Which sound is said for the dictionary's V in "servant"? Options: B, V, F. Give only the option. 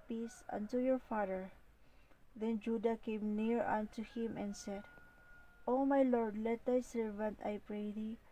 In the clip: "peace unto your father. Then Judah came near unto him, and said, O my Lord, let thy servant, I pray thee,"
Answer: V